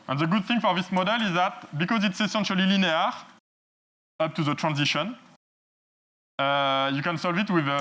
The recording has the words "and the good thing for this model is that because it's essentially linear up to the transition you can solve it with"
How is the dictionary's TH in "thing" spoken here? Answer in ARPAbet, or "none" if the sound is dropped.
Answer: TH